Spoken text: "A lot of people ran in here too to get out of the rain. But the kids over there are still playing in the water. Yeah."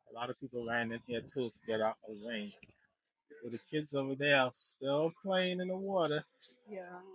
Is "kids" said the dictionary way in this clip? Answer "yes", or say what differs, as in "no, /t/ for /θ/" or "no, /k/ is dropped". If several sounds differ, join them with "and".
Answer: yes